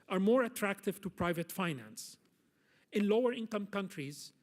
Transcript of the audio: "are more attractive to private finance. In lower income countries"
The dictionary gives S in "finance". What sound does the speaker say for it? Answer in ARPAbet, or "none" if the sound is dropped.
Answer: S